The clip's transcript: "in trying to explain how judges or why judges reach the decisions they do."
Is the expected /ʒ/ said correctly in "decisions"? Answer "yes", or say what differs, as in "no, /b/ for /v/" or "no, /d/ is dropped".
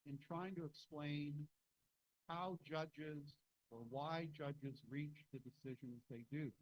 yes